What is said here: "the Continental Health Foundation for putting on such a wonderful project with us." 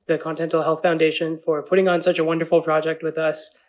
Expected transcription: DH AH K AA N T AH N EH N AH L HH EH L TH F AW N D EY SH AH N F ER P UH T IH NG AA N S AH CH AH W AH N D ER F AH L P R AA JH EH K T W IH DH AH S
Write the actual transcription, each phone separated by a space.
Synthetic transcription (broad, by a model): DH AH K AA N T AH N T L HH EH L TH F AW N D EY SH AH N F ER P UH T IH NG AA N S AH CH AH W AH N D ER F L P R AA JH EH K T W IH DH AH S